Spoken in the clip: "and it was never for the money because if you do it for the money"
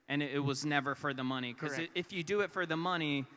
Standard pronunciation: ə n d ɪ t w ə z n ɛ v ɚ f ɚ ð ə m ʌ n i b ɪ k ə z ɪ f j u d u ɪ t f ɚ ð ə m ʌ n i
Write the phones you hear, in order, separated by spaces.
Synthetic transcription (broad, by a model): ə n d ɪ t w ə z n ɛ v ɚ f ɚ ð ə m ʌ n i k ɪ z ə ɪ f j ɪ d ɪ ɪ t f ɚ ð ə m ʌ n i